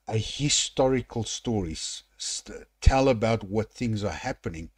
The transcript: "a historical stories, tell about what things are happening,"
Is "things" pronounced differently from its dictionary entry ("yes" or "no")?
no